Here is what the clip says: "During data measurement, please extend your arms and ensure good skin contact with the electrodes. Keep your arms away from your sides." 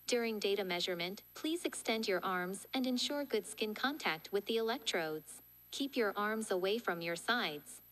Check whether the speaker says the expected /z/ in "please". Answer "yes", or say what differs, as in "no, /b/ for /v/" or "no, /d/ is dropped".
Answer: yes